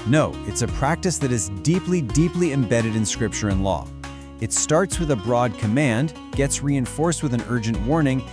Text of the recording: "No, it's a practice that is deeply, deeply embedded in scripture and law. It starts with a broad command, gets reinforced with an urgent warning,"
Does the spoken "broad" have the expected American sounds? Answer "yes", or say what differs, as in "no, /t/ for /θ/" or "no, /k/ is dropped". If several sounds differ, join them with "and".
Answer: yes